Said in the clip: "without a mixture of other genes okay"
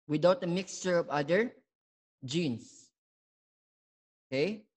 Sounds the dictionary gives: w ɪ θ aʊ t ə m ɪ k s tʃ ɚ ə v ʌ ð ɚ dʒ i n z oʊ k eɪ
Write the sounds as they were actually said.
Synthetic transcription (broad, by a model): w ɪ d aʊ t ə m ɪ k s tʃ ɚ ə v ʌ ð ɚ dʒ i n s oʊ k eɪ